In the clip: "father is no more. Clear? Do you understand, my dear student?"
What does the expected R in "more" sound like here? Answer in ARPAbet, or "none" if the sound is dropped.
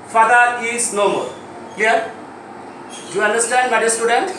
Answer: L